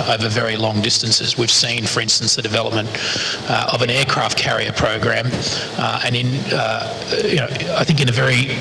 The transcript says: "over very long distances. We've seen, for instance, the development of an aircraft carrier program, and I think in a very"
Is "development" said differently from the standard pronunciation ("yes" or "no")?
no